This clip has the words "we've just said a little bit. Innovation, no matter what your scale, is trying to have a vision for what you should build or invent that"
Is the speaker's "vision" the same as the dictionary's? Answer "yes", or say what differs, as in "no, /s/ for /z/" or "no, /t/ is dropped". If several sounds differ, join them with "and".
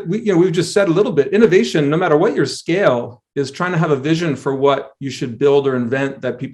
yes